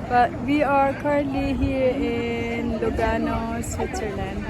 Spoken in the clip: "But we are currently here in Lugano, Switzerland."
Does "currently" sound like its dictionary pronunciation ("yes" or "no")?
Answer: no